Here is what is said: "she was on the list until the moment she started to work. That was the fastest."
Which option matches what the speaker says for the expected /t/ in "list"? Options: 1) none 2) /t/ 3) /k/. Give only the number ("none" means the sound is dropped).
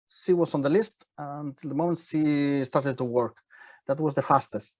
2